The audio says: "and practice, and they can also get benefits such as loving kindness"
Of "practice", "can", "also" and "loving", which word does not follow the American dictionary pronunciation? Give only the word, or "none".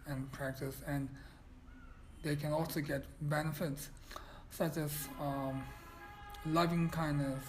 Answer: none